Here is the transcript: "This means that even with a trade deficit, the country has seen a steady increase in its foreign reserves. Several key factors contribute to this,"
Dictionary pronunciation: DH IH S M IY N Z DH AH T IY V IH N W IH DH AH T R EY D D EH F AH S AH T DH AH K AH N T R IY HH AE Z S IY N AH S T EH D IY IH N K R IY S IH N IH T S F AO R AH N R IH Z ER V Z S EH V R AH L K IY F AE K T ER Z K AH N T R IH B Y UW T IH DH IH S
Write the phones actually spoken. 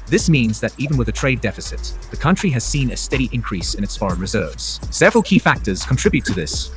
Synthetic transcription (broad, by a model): DH IH S M IY N Z DH AH T IY V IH N W IH DH AH T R EY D D EH F AH S AH T DH AH K AH N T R IY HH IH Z S IY N AH S T EH D IY IH N K R IY S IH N IH T S F AO R AH N R IH Z ER V Z S EH V R AH L K IY F AE K T ER Z K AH N T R IH B Y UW T IH DH IH S